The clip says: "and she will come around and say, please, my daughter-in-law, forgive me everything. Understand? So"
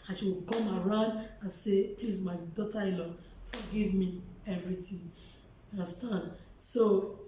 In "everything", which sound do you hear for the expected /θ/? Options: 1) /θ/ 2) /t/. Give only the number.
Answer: 2